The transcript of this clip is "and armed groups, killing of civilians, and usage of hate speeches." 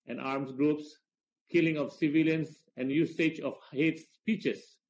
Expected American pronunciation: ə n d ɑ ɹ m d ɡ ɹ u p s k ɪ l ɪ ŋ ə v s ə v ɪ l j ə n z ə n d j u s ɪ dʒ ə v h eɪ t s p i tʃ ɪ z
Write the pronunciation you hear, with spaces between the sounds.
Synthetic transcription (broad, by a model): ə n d ɑ ɹ m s ɡ ɹ u p s k ɪ l ɪ ŋ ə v s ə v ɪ l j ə n s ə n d j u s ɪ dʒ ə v h eɪ t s p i tʃ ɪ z